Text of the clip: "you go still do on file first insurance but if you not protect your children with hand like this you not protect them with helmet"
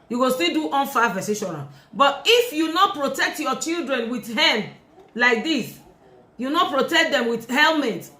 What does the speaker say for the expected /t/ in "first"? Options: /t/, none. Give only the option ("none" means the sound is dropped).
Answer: none